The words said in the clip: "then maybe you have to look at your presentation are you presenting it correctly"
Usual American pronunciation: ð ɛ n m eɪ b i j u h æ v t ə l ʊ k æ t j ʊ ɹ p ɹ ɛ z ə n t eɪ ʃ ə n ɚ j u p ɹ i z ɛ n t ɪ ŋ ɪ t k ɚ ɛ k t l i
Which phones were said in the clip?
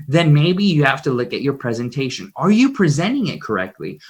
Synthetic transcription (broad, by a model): ð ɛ n m eɪ b i j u h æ f t ə l ʊ k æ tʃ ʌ ɹ p ɹ ɛ z ə n t eɪ ʃ ə n ɚ j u p ɹ i z ɛ n t ɪ ŋ ɪ t k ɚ ɛ k t l i